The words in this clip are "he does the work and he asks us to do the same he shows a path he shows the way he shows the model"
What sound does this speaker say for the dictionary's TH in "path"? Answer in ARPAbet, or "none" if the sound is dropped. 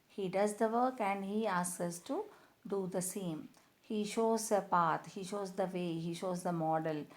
T